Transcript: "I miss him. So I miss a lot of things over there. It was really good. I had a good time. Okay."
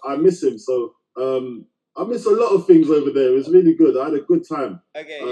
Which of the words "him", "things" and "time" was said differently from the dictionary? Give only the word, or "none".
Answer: none